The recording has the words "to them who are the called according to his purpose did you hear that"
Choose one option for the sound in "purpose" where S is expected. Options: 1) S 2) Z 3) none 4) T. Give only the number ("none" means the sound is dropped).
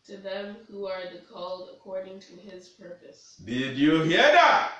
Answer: 1